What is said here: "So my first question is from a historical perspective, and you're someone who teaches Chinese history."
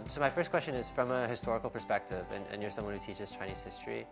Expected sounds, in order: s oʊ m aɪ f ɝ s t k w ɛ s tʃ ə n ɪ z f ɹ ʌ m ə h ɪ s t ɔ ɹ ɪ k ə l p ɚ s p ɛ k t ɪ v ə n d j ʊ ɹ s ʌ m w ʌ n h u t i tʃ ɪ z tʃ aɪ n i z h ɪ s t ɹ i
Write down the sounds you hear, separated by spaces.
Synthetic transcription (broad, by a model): s oʊ m aɪ f ɝ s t k w ɛ s tʃ ə n ɪ z f ɹ ʌ m ə h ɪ s t ɔ ɹ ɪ k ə l p ɚ s p ɛ k t ɪ v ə n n j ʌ ɹ s ʌ m w ʌ n h u t i tʃ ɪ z tʃ aɪ n i z h ɪ s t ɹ i